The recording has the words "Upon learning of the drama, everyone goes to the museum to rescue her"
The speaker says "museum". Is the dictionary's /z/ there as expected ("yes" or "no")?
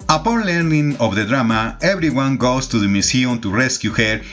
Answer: no